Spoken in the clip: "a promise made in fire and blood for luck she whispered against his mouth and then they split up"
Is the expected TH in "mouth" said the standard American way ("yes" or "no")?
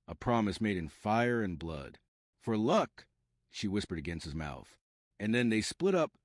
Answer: yes